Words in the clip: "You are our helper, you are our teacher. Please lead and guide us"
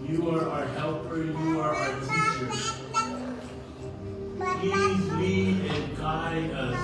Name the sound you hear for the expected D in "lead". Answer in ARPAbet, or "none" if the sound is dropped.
none